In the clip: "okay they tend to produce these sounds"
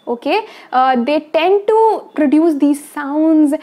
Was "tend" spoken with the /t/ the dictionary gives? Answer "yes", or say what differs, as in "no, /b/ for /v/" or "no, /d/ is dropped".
yes